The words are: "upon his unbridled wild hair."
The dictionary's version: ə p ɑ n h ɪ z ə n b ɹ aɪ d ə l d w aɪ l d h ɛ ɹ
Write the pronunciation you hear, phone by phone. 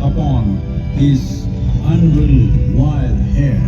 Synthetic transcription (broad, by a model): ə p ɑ n h ɪ z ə n ɹ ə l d w aɪ l d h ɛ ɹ